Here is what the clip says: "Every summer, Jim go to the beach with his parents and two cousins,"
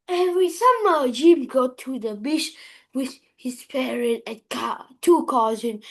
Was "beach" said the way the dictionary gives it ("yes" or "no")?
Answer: no